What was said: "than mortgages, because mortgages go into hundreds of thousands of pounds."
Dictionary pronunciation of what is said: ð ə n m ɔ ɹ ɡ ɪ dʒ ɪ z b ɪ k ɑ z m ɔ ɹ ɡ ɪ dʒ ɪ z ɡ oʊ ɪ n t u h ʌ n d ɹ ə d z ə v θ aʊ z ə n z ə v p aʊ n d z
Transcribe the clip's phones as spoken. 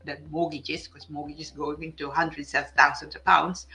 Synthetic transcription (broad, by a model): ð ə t m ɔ ɡ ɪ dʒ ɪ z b k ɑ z m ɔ ɡ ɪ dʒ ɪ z ɡ oʊ ɪ n t u h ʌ n d ɹ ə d s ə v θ aʊ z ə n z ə p aʊ n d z